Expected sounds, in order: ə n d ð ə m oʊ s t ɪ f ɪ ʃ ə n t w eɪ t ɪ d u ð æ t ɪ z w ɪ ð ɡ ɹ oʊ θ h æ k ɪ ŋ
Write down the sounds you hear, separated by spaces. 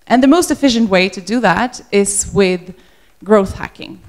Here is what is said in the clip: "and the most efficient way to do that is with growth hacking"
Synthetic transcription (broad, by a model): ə n ð ə m oʊ s t ɪ f ɪ ʃ ə n t w eɪ t ɪ d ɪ ð æ t ɪ z w ɪ ð ɡ ɹ oʊ θ h æ k ɪ ŋ